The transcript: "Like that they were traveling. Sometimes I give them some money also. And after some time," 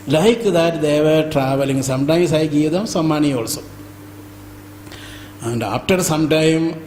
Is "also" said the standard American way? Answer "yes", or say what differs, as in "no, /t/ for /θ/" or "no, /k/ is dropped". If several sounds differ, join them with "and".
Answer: yes